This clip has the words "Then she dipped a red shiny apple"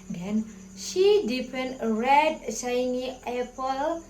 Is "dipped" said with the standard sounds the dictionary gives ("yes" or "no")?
no